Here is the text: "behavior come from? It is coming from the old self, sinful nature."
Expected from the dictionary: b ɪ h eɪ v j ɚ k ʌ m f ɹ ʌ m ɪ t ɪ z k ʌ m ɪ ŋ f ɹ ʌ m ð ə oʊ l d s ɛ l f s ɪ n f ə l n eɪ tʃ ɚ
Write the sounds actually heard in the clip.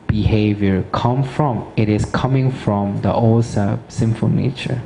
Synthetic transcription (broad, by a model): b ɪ h eɪ v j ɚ k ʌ m f ɹ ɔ m ɪ t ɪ s k ʌ m ɪ ŋ f ɹ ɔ m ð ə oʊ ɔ s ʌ s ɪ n f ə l n eɪ tʃ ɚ